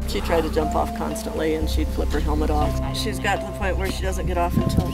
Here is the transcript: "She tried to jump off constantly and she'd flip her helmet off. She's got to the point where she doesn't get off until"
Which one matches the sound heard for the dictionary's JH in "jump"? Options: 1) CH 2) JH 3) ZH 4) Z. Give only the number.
2